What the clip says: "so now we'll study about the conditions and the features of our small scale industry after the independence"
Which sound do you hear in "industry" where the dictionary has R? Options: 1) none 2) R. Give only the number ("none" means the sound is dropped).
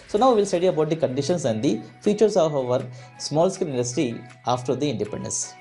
1